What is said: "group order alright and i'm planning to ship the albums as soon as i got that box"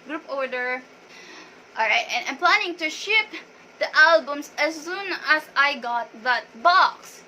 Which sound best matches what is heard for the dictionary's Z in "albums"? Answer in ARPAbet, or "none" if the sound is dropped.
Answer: S